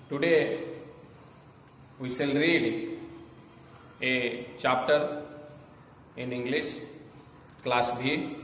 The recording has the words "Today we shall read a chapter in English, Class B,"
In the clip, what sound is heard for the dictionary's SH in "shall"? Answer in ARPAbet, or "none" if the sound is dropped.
S